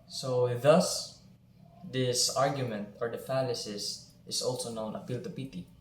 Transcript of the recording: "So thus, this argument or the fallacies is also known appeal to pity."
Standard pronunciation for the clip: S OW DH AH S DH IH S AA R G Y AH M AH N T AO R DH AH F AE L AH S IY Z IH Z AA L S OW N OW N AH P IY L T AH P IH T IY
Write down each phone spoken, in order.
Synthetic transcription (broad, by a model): S OW DH AH S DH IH S AA R G Y AH M AH N T AO R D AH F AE L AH S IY S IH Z AA L S OW N OW N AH F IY L T AH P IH T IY